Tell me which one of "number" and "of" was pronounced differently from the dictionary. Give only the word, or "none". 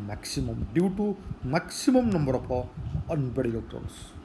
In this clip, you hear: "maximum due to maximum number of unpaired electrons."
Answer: of